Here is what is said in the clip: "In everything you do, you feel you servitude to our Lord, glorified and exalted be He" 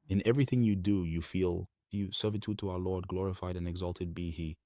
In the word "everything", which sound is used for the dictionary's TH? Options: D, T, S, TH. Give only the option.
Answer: TH